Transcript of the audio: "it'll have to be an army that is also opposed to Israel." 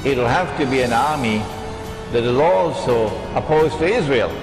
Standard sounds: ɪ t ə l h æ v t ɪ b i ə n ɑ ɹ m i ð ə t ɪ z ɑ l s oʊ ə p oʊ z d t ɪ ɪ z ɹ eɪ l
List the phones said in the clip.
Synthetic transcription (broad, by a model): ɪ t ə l h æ f t ɪ b i ə n ɑ ɹ m i ð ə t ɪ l ɑ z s oʊ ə p oʊ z t ɪ ɪ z ɹ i l